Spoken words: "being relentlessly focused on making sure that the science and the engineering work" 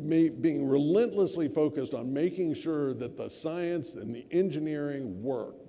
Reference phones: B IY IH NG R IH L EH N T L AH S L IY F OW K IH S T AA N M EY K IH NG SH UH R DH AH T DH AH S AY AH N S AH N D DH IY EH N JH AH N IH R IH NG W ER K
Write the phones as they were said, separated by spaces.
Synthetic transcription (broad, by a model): B IY IH NG R IH L EH N T L AH S L IY F OW K IH S T N M EY K IH NG SH UH R DH AH T DH AH S AY AH N S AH N DH IY EH N JH AH N IH R IH NG W ER K